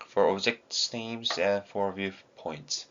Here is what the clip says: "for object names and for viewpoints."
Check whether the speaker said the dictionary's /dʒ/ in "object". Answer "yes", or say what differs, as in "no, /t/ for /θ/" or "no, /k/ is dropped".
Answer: no, /z/ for /dʒ/